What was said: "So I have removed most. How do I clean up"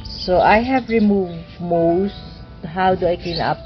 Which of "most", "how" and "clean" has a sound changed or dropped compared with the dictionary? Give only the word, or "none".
clean